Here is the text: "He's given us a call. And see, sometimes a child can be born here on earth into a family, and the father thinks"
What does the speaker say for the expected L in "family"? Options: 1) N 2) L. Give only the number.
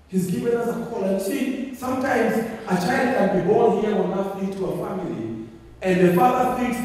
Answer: 2